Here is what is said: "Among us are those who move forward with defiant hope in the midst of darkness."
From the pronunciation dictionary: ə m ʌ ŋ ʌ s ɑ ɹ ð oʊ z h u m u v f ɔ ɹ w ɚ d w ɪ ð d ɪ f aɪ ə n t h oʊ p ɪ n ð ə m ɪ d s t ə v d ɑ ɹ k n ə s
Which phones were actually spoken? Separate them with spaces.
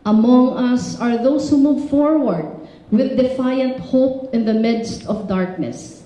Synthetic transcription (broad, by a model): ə m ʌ ŋ ʌ s ɑ ɹ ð oʊ s h u m u v f ɔ ɹ w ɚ d w ɪ ð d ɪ f aɪ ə n t h oʊ p ɪ n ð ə m ɪ d s t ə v d ɑ ɹ k n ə s